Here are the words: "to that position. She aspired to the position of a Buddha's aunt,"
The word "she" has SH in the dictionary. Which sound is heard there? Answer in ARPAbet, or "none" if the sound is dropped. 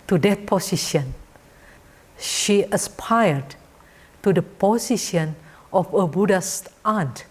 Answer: SH